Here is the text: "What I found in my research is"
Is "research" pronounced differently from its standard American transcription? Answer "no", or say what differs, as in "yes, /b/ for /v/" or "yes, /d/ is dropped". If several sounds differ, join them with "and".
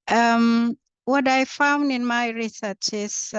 no